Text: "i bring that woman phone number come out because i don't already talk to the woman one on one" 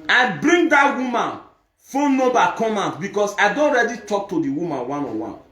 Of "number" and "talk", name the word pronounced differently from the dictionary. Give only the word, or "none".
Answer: number